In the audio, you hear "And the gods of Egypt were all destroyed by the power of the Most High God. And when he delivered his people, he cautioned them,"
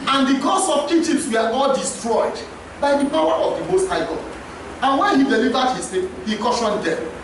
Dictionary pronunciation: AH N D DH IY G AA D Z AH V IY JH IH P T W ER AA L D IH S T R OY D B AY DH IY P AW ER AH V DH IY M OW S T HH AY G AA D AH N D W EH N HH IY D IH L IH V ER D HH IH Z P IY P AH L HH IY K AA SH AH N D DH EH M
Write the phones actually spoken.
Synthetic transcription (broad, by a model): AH N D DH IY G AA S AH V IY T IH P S W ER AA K D IH S T R OY D B AY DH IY P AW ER AH V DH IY M OW S T HH AY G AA AH N W EH N HH IY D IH L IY V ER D HH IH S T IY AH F HH IY K AA SH AH N D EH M